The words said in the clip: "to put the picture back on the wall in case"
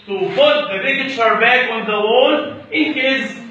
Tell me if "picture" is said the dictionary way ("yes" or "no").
no